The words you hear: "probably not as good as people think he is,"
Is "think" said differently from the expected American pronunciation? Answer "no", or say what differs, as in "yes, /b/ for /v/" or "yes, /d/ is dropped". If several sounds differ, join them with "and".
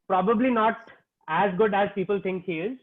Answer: yes, /t/ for /θ/